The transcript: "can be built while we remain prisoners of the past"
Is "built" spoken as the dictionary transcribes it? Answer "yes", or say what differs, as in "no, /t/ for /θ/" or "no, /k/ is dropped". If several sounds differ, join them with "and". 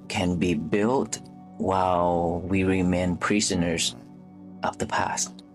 yes